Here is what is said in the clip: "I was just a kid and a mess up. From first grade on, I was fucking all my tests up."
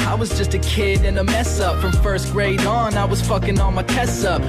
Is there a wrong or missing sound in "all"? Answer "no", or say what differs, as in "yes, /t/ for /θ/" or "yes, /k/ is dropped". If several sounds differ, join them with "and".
yes, /n/ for /l/